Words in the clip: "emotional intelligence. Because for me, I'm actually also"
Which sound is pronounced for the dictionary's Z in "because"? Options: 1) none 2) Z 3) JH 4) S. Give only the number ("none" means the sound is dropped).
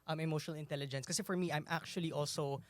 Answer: 1